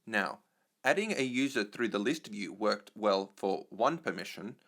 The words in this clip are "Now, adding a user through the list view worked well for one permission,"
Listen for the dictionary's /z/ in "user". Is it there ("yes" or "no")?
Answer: yes